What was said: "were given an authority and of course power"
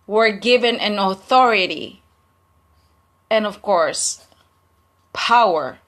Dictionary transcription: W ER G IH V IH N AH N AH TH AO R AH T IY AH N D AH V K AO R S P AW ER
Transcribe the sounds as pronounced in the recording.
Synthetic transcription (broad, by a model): W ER G IH V IH N AH N AH TH AO R AH T IY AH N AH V K AO R S P AW ER